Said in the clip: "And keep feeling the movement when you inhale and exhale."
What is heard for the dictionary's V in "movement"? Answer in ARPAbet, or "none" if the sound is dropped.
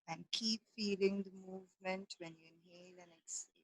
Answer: V